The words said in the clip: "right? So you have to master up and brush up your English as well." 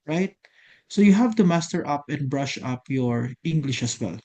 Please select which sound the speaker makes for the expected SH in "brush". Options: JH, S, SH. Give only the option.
SH